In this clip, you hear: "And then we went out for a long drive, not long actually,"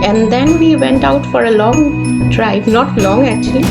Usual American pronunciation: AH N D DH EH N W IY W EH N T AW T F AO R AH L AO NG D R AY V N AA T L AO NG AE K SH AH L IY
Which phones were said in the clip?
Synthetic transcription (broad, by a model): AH N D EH N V IY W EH N T AW T F AO R AH L AO NG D R AY B N AA T L AO NG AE K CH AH L IY